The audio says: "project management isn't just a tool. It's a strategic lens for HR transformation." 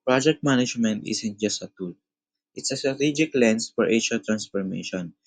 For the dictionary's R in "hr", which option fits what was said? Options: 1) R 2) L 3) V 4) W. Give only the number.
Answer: 2